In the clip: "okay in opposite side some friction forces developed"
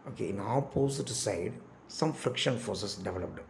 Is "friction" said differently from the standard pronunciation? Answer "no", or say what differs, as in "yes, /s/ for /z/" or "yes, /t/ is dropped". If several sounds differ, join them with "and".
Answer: no